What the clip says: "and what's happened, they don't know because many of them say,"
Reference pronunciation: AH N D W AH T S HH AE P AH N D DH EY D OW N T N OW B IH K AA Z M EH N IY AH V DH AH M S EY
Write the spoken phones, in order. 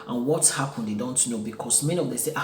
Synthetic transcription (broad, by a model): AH N W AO T HH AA P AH N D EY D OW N T N OW B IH K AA S M EH N IY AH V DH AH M S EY